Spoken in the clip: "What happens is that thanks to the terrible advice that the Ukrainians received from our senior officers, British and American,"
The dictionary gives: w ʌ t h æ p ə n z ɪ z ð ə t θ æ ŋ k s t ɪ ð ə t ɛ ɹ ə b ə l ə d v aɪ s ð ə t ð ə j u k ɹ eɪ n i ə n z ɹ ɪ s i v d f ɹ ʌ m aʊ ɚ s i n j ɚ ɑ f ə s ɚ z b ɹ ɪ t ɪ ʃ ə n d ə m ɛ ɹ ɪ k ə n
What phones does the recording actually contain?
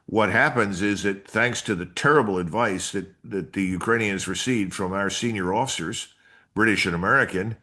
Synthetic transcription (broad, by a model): w ʌ t h æ p ə n z ɪ z ð ə t θ æ ŋ k s t ɪ ð ə t ɛ ɹ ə b l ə d v aɪ s ð ə t ð ə j u k ɹ eɪ n i ə n z ɹ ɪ s i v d f ɹ ʌ m aʊ ɚ s i n j ɚ ɑ f ə s ɚ z b ɹ ɪ t ɪ ʃ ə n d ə m ɛ ɹ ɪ k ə n